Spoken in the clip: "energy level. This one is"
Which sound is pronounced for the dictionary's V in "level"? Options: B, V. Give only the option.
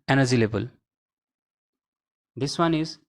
B